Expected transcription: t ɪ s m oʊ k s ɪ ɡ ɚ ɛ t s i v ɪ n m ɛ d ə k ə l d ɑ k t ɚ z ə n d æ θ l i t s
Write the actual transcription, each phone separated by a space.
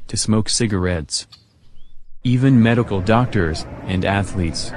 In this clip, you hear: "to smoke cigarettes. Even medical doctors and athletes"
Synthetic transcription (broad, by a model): t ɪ s m oʊ k s ɪ ɡ ɚ ɛ t s i v ɪ n m ɛ d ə k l d ɑ k t ɚ z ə n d æ θ l i t s